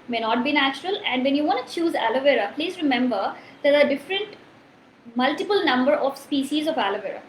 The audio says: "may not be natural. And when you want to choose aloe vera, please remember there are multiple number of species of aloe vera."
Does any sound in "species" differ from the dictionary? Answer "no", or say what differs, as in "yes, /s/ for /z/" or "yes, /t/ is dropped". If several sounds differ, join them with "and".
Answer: no